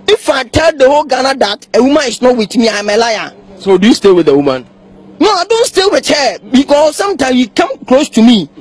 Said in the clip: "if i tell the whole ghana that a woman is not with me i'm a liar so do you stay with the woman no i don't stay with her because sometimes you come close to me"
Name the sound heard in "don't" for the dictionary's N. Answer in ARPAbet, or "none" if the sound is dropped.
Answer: N